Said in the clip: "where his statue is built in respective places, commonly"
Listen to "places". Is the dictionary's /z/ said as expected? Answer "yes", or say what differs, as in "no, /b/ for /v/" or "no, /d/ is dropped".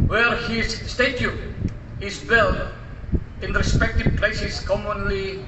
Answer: no, /s/ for /z/